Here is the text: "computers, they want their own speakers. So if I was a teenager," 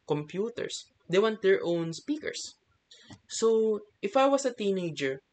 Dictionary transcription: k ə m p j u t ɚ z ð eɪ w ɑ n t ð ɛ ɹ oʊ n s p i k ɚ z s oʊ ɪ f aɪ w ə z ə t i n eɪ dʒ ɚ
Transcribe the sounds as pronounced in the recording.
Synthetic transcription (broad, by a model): k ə m p j u t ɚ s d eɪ w ɑ n t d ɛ ɹ oʊ n s p i k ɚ s oʊ ɪ f aɪ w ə s ə t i n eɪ dʒ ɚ